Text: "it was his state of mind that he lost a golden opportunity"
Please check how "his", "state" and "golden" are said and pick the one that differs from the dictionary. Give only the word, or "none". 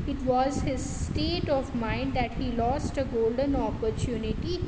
none